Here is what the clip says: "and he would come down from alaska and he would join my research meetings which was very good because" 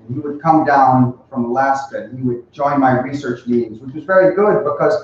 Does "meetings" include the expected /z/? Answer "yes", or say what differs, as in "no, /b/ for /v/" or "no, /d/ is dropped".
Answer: yes